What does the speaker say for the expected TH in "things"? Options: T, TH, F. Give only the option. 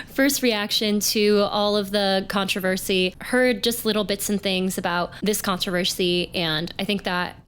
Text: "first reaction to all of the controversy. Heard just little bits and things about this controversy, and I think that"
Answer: TH